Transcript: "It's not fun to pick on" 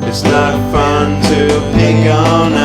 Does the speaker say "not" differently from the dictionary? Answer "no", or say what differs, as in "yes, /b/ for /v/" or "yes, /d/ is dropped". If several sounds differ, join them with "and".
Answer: yes, /l/ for /n/